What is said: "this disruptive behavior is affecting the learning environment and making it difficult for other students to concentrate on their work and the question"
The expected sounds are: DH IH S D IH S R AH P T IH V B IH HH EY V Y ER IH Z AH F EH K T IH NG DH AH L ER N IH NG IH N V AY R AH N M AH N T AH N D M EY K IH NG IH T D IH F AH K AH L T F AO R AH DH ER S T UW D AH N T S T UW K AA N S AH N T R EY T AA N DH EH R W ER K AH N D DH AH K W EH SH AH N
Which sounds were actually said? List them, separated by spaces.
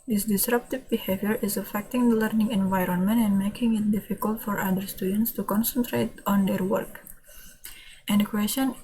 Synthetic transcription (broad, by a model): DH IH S D IH S R AH P T IH V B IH HH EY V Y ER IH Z AH F EH K T IH NG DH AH L ER N IH NG IH N V AY R AH N M AH N T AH N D M EY K IH NG IH T D IH F AH K AH L T F AO R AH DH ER S T UW D AH N T S T UW K AA N S AH N T R EY T AA N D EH R W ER K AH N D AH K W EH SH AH N